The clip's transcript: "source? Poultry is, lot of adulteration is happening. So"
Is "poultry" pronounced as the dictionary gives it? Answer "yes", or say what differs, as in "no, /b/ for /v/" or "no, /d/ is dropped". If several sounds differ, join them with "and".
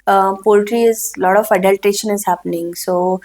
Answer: yes